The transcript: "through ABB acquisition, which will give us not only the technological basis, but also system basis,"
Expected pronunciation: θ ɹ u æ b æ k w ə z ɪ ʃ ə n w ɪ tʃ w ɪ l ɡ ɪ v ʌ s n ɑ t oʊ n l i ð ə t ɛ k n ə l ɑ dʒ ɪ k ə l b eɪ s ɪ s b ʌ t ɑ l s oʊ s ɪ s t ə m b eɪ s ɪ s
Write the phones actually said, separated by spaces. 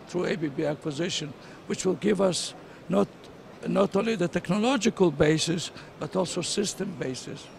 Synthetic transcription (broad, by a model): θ ɹ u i b æ k w ə z ɪ ʃ ə n w ɪ tʃ w ɪ l ɡ ɪ v ʌ s n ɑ t oʊ n l i ð ə t ɛ k n ə l ɑ dʒ ɪ k ə l b eɪ s ɪ s b ʌ t ɑ l s oʊ s ɪ s t ə m b eɪ s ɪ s